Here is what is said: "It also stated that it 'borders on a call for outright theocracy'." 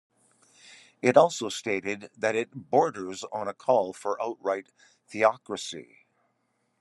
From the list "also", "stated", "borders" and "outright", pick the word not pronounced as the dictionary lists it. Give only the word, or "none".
none